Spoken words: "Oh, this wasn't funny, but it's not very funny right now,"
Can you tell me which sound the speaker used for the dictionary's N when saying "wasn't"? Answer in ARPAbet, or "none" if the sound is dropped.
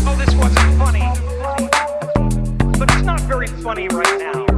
N